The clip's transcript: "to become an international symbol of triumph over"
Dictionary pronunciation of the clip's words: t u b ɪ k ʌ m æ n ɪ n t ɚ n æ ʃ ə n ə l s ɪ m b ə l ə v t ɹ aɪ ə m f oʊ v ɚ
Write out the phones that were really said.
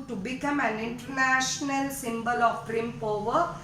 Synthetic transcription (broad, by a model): t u b ɪ k ʌ m æ n ɪ n t ɚ n æ ʃ ə n ə l s ɪ m b ə l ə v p ɹ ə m p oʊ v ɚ